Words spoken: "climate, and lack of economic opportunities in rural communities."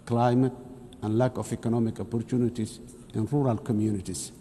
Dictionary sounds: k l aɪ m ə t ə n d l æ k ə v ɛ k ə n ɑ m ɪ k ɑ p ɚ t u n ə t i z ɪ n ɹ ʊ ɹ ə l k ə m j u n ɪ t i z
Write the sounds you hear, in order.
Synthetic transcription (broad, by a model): k l aɪ m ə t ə n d l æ k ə f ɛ k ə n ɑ m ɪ k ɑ p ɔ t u n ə t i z ɪ n ɹ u ɹ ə l k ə m j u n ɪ t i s